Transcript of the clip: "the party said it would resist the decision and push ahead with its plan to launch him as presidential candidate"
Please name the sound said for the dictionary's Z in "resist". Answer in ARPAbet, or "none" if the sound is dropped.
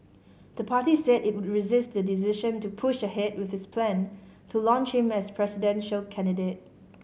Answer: Z